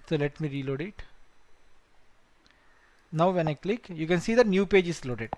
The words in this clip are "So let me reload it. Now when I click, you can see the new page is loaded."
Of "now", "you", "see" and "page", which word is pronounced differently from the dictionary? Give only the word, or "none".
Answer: none